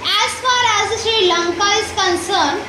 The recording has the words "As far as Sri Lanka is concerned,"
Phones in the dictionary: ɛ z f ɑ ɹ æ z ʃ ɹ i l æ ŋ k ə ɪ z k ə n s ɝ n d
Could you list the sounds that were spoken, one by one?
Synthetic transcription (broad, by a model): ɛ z f ɑ ɹ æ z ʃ i l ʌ ŋ k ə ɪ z k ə n s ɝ n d